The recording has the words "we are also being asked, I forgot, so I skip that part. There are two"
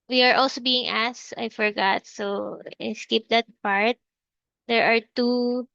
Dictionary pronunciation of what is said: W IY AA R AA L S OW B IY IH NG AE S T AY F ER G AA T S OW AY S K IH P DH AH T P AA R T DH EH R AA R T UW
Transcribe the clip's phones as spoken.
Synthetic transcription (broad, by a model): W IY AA R AA L S OW B IY IH NG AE S AY F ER G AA T S OW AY S K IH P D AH T P AA R T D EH R AA R T UW